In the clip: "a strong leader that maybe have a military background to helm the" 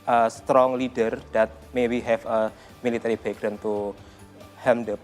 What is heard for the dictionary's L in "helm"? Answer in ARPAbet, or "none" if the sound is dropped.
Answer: none